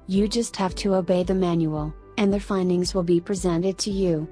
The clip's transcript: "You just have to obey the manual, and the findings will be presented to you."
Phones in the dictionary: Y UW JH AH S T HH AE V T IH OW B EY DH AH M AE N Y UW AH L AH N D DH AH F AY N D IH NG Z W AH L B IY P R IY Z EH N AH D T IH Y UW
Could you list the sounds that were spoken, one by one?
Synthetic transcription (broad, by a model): Y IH JH AH S T HH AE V T IH OW B EY DH AH M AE N Y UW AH L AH N DH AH F AY N D IH NG Z W AH L B IY P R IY Z EH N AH D T IH Y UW